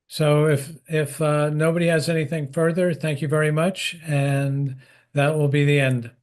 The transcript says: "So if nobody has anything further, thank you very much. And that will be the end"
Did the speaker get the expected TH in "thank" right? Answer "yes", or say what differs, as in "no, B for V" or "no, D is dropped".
yes